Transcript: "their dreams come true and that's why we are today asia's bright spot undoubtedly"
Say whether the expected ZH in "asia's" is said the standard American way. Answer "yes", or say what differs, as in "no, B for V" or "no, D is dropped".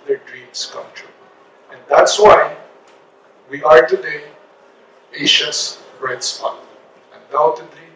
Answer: no, SH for ZH